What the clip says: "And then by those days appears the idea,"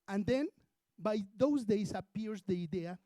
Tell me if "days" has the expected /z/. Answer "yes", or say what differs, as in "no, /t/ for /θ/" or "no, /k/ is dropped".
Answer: no, /s/ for /z/